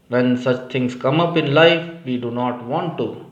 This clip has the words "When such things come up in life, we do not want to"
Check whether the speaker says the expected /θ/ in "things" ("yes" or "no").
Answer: no